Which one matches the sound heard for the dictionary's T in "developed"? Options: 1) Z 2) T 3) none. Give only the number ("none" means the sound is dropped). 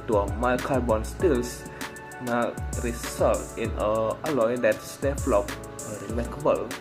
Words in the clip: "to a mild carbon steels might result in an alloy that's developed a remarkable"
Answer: 3